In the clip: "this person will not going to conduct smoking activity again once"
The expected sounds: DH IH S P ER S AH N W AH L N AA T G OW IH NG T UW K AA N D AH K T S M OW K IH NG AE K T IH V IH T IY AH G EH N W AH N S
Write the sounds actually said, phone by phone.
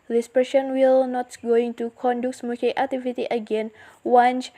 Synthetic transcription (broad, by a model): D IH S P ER SH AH N W AH L N AA T G OW IH NG T UW K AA N D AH K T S M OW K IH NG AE K T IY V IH T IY AH G EH N W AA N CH